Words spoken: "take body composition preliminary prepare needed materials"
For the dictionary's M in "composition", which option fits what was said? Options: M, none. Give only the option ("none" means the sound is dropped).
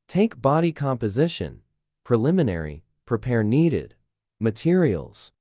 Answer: M